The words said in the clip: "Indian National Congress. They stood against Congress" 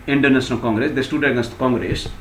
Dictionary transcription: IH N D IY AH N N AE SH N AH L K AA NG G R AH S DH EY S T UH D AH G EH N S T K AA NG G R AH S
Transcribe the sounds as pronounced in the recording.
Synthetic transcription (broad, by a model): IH N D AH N N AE S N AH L K AA NG G R AH S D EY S T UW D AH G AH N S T K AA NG G R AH S